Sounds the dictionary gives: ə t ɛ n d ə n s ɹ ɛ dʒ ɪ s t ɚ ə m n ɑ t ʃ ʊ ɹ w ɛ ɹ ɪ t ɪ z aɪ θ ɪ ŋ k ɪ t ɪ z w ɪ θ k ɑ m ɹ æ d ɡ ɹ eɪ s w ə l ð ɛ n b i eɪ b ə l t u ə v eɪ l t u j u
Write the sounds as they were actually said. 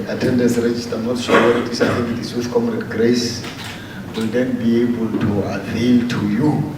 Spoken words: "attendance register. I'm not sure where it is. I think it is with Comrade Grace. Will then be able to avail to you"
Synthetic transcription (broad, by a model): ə t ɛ n d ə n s ɹ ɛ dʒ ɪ s t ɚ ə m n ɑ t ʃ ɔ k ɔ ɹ ɪ t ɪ s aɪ t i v ɪ t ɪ s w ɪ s k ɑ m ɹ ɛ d ɡ ɹ eɪ s w ə l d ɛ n b i eɪ b ə l t u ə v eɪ l t u j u